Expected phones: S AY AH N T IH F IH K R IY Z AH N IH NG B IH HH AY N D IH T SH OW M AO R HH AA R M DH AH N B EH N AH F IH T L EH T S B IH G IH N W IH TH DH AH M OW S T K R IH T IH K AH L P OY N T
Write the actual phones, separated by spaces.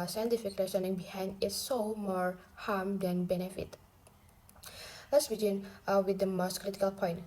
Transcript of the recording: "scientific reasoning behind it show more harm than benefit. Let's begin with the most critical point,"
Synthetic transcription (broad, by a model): S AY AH N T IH F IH K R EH S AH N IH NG B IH HH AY N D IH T S OW M AO R HH AA R M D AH N B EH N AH F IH T L EH T S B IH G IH N W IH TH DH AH M OW S T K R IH T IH K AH L P OY N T